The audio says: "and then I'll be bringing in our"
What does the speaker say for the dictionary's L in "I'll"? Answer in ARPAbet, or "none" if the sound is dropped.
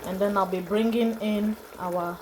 L